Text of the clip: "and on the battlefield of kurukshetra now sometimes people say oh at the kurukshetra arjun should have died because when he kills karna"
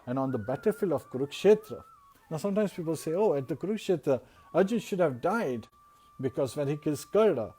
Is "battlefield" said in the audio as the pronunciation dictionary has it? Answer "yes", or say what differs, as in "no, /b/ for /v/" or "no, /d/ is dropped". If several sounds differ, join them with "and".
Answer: no, /d/ is dropped